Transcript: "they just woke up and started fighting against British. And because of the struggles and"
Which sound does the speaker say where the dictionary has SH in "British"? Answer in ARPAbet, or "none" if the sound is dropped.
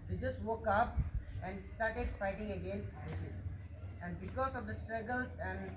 S